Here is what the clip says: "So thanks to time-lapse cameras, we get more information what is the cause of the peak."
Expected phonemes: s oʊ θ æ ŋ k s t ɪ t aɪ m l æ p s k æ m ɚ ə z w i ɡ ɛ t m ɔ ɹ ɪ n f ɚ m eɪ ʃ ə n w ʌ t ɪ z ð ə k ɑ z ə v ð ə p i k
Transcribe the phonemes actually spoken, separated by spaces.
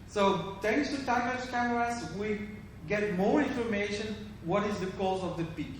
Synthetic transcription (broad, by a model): s oʊ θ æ ŋ k s t ɪ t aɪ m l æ s k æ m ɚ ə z w i ɡ ɛ t m ɔ ɹ ɪ n f ɚ m eɪ ʃ ə n w ʌ t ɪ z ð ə k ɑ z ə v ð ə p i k